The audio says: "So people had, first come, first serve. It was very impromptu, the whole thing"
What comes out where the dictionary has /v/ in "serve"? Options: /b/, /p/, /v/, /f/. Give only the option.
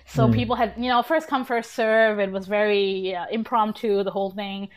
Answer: /v/